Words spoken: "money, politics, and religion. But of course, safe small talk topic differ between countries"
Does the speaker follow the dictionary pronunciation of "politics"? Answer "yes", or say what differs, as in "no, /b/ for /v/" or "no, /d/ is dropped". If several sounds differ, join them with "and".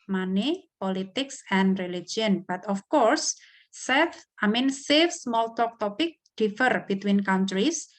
yes